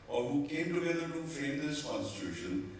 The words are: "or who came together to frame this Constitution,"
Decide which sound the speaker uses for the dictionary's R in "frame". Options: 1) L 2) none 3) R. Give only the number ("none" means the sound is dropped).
2